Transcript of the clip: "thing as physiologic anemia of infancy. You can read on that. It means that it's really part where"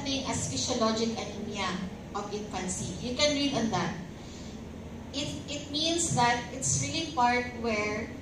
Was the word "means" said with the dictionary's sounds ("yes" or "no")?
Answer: no